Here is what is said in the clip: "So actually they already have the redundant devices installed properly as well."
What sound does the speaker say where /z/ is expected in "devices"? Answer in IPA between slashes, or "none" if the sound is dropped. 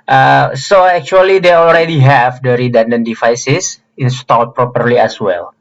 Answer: /s/